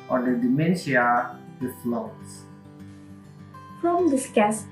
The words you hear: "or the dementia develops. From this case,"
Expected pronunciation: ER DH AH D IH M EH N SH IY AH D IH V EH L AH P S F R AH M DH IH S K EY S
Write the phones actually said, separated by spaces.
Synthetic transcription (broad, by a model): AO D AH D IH M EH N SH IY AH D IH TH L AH S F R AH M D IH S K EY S